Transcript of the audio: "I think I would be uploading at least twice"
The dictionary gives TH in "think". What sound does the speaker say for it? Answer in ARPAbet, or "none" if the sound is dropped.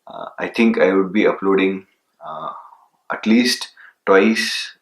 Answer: T